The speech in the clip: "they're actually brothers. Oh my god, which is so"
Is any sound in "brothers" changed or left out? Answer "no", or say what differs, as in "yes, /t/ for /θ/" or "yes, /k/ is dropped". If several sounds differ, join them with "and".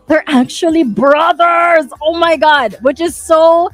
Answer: no